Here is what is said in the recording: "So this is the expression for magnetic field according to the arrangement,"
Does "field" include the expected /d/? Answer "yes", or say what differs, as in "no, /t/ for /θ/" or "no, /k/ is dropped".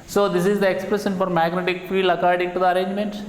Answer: no, /d/ is dropped